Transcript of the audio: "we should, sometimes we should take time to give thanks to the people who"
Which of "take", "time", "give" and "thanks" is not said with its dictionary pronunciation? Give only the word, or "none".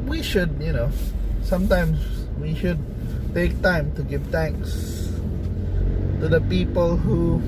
thanks